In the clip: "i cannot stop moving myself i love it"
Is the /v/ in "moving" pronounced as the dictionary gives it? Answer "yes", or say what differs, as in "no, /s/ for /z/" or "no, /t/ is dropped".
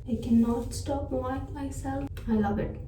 no, /v/ is dropped